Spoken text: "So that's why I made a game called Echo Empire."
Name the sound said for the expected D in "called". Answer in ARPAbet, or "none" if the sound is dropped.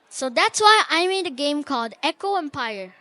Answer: D